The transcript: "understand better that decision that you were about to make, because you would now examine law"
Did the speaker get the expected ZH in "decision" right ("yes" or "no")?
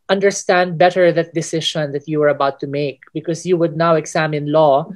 no